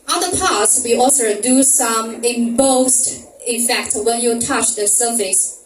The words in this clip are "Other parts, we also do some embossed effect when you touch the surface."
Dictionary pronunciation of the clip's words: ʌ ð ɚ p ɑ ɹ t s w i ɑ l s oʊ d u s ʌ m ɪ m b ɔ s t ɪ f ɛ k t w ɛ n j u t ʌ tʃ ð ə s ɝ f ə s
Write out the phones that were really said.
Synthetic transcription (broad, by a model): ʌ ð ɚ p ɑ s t w i ɑ l s oʊ d u s ʌ m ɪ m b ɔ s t ɪ f ɛ k t w ɛ n j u t ʌ tʃ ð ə s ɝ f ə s